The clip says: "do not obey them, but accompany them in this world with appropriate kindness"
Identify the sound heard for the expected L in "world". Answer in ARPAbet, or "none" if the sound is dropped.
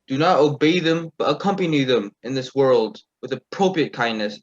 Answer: L